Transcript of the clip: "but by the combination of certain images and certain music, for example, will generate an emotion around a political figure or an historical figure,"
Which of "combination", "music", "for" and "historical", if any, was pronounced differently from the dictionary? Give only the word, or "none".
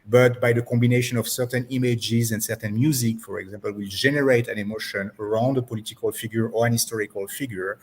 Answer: none